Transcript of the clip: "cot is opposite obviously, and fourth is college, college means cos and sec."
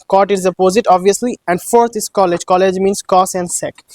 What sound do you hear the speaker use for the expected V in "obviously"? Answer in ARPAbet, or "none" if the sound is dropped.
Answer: V